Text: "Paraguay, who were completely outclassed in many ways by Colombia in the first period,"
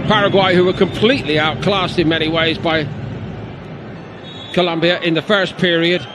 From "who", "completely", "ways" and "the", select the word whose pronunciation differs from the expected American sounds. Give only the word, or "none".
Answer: none